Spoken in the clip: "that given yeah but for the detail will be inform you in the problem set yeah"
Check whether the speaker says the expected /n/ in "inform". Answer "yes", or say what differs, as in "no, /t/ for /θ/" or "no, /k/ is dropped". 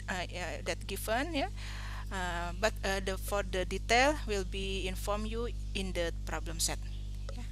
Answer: yes